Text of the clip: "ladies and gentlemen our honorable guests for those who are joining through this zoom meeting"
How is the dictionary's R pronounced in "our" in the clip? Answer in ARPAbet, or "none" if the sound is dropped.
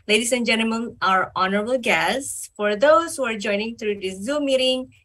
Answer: R